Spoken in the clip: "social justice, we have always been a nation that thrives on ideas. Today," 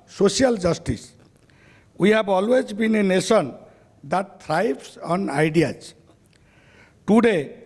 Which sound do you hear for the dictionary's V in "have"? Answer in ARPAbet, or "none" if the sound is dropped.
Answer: B